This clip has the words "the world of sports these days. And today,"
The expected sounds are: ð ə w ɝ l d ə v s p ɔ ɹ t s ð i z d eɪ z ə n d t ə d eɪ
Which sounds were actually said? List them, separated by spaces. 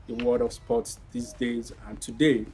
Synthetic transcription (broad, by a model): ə w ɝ d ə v s p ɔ t s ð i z d eɪ z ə n t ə d eɪ